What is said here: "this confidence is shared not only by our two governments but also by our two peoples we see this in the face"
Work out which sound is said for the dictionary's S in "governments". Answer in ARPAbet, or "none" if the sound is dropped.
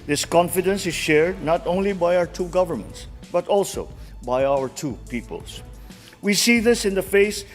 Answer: S